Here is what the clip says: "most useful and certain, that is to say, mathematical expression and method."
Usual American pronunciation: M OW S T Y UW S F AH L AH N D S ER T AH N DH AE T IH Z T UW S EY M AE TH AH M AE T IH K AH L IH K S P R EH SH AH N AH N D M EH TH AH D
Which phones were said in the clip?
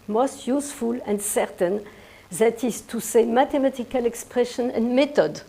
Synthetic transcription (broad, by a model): M OW S T Y UW S F AH L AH N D S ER T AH N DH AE T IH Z T UW S EY M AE T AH M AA T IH K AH L IH K S P R EH SH AH N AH N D M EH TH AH D